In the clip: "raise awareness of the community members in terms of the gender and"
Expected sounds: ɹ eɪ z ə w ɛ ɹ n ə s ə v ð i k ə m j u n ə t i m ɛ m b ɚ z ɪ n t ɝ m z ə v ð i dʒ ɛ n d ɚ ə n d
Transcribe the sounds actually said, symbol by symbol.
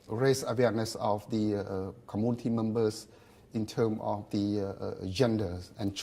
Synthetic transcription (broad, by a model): ɹ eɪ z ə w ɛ n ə s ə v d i k ə m j u n ə t i m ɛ m b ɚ s ɪ n t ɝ m ə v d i dʒ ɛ n d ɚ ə n